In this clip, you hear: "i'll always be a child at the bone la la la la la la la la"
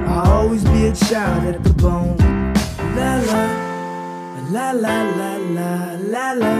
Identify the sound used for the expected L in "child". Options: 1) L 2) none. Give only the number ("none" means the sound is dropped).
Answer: 2